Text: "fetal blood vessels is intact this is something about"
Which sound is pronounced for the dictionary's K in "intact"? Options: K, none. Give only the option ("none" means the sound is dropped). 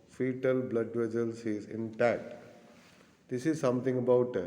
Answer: none